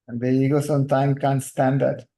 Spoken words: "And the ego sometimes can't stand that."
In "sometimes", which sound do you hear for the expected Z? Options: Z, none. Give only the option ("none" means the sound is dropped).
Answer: none